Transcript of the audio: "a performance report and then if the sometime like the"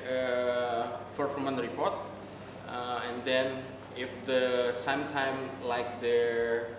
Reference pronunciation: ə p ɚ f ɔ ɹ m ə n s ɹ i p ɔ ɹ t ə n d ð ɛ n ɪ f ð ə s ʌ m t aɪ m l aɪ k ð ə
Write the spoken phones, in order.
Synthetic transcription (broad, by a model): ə f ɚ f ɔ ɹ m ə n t ɹ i p ɔ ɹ t ə n d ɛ n ɪ f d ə s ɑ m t aɪ m l aɪ k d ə